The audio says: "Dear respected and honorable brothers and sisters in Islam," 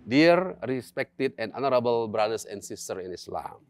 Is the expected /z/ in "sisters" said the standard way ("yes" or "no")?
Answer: no